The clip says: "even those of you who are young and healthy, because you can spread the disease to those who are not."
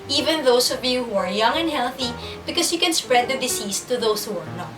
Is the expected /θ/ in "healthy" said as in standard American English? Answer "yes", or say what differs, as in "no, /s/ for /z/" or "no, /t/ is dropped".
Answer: yes